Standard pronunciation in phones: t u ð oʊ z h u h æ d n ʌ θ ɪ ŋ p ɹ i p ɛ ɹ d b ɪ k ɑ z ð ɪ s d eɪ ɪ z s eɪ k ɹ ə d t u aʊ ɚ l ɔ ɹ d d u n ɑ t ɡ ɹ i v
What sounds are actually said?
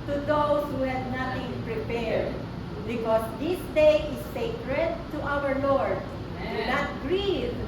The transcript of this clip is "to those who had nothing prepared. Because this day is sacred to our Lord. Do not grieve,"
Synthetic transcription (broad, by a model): t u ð oʊ s h u h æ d n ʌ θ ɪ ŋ p ɹ i p ɛ ɹ d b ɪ k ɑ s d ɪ s d eɪ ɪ s eɪ k ɹ ə d t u aʊ ɚ l ɔ ɹ d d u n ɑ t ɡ ɹ i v